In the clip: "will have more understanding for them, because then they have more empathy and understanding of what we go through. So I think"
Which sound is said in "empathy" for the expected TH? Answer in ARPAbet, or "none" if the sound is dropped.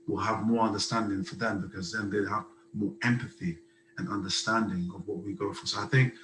TH